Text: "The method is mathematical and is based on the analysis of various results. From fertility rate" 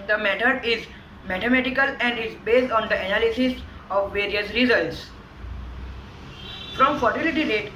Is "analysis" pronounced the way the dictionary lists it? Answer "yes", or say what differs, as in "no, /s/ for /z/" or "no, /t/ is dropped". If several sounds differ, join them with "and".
yes